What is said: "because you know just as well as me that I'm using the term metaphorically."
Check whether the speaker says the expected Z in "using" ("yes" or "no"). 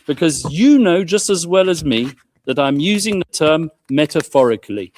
yes